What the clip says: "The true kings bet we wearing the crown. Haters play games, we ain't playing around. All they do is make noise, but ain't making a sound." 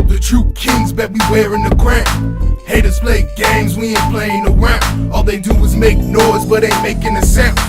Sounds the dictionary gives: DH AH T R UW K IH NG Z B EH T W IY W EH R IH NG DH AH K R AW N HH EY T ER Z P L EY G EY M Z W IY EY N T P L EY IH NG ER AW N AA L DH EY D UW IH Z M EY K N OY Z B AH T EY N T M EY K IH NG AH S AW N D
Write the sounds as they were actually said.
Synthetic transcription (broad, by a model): DH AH T R UW K IH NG Z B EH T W IY W EH R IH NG DH AH K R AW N HH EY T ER S P L EY G EY M Z W IY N P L EY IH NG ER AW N AA L DH EY D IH IH Z M EY K N OY Z B AH T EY M EY K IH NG AH S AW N